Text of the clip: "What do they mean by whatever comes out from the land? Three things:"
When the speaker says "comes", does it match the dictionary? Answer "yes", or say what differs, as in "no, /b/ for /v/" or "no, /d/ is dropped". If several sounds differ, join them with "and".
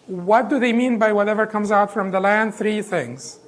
yes